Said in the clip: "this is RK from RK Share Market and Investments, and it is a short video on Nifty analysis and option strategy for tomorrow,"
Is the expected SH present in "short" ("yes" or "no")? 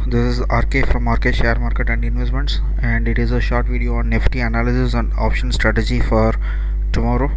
yes